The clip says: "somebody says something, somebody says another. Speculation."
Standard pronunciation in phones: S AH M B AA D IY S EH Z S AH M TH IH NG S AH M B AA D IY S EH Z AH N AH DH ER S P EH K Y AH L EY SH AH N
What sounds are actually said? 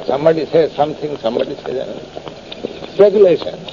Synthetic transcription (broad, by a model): S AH M B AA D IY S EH S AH M T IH NG S AH M B AA D IY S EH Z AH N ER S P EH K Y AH L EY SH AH N